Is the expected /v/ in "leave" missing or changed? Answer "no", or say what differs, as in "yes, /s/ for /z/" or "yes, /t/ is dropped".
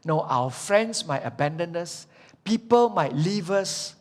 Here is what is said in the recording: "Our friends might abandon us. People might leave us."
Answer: no